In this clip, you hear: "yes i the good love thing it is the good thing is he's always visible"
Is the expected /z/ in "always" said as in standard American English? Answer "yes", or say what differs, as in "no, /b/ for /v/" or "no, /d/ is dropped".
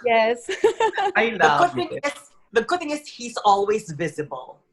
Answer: yes